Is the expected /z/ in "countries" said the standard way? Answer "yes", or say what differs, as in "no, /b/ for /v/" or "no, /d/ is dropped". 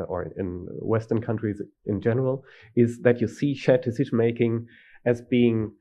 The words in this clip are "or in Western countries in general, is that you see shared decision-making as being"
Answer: yes